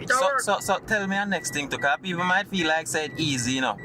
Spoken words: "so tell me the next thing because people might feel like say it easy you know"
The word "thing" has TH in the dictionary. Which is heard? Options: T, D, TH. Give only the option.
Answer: T